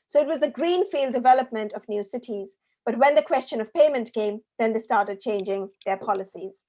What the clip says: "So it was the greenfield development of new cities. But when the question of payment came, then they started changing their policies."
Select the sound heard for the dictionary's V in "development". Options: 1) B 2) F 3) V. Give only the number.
3